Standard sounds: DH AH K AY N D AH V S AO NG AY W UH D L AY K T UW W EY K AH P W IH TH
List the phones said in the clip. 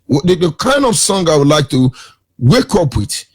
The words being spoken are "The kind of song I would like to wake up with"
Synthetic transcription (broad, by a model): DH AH K AY N D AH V S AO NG AY W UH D L AY K T UW W EY K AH P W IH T